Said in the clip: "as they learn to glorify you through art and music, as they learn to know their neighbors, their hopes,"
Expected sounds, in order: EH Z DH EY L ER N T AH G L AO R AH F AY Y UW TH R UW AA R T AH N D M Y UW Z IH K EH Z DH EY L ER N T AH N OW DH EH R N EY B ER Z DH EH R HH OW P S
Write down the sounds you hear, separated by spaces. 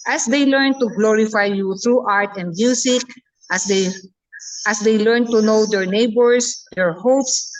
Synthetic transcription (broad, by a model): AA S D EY L ER N T AH G L AO R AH F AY Y UW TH R UW AA R T AH N D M Y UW S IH K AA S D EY L ER N T AH N OW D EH R N EY B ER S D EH R HH OW P S